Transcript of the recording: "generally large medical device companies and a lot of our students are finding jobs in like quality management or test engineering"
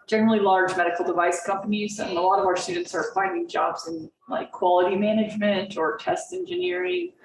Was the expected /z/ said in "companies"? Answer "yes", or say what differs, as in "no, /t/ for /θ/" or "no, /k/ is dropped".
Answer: yes